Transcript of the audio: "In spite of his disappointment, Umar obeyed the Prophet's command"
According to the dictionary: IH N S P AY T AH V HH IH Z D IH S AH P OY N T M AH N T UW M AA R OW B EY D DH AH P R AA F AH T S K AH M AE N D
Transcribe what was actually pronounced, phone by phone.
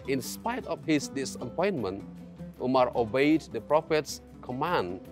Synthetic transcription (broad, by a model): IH N S P AY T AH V HH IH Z D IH S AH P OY N M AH N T UW M AA R OW B EY D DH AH P R AA F AH T S K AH M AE N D